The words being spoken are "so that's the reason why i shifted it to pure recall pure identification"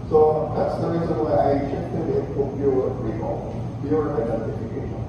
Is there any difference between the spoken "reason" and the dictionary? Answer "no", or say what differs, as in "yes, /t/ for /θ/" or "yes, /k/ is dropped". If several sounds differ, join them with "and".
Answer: no